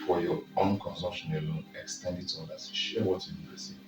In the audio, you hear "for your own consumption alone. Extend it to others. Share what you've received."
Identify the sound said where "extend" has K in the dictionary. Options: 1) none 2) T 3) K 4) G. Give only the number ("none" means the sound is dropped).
3